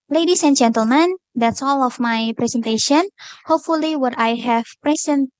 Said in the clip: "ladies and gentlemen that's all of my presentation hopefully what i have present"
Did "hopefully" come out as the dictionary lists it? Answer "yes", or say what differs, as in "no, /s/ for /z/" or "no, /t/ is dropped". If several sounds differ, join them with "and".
yes